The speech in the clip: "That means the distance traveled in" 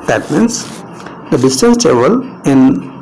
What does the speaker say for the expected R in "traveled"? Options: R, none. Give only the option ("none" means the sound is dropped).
none